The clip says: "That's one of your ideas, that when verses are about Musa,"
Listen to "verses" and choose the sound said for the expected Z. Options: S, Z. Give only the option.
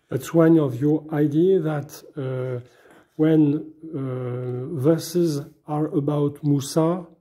Z